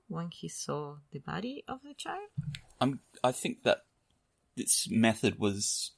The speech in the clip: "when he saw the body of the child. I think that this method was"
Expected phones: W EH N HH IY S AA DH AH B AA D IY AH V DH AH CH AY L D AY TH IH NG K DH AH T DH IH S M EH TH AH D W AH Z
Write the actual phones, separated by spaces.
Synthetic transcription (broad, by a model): W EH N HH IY S AA DH AH B AA D IY AH V DH AH CH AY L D AY TH IH NG K DH AH T DH IH S M EH TH AH D W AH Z